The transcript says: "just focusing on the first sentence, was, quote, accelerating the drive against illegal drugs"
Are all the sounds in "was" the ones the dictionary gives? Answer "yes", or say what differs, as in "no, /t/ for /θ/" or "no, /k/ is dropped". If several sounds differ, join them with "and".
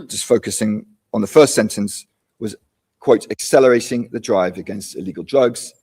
yes